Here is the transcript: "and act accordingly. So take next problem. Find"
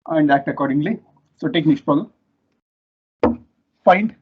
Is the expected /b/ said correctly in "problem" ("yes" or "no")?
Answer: no